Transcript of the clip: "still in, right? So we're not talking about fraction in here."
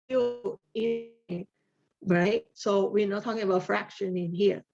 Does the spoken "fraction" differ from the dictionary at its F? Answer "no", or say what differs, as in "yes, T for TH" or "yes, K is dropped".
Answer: no